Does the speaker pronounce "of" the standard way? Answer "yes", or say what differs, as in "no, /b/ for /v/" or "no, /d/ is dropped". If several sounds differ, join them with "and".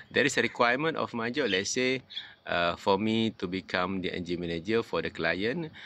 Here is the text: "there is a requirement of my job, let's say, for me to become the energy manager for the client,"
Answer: no, /f/ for /v/